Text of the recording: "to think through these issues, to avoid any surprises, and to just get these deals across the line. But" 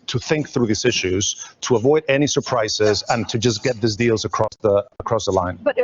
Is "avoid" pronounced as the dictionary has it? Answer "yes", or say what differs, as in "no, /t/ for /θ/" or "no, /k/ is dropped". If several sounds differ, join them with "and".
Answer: yes